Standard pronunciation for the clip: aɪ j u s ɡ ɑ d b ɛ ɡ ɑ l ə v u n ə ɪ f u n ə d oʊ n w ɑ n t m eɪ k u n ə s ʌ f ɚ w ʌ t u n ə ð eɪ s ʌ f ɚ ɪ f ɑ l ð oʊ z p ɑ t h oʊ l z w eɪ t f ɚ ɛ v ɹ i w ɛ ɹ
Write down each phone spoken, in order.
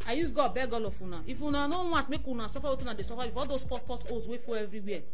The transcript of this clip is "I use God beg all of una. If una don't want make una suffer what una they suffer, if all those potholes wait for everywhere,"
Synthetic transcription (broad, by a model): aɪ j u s ɡ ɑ b ɛ ɡ ɑ l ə f u n ə ɪ f u n ə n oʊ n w ɑ t m eɪ k u n ə s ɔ f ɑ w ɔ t u n ə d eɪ s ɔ f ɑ ɪ f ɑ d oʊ s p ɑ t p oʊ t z w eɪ f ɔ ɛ v ɹ i w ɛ